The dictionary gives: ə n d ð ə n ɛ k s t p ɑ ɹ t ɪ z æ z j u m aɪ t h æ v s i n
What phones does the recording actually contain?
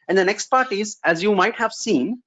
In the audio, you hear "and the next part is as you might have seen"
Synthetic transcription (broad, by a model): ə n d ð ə n ɛ k s t p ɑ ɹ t ɪ z æ z j u m aɪ t h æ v s i n